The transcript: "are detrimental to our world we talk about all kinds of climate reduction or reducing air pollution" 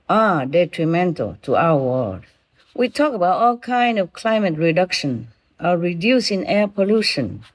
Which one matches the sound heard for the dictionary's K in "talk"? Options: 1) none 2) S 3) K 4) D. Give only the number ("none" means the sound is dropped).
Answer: 3